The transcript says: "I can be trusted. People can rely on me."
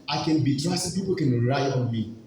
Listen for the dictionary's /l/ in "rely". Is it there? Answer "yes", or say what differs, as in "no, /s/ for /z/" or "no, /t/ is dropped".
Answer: no, /l/ is dropped